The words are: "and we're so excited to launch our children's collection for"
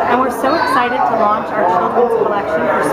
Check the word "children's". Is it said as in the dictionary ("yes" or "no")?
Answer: no